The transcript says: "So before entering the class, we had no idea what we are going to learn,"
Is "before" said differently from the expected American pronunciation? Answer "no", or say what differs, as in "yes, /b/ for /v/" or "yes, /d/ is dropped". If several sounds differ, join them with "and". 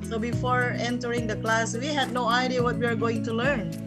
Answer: no